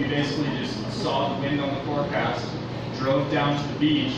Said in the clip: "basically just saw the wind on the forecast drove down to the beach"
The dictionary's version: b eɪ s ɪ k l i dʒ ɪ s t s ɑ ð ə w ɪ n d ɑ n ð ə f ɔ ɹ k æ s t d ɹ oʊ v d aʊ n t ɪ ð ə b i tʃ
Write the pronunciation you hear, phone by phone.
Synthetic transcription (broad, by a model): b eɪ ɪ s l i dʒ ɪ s s ɑ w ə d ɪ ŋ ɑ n ð ə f ɔ ɹ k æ s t d ɹ oʊ v d aʊ n t ɪ ð ə b i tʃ